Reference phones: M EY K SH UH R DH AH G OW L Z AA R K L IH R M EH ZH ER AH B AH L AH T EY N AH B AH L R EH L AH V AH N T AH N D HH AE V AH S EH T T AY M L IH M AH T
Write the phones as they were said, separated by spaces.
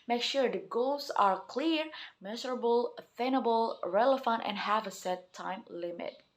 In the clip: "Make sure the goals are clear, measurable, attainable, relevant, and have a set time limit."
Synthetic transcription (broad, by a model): M EY K SH UH R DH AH G OW L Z AA R K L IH R M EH Z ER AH B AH L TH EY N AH B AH L R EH L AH F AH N T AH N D HH AE V AH S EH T T AY M L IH M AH T